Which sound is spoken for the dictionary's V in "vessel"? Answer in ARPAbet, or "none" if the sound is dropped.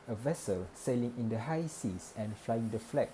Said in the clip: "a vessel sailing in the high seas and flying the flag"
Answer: V